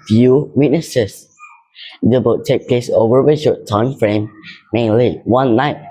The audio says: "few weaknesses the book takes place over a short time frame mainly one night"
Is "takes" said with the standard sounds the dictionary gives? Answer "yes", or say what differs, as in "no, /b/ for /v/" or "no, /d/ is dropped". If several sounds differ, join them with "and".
no, /s/ is dropped